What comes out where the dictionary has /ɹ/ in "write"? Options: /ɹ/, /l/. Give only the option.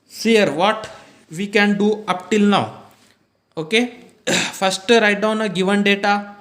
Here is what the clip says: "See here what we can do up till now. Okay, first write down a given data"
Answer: /ɹ/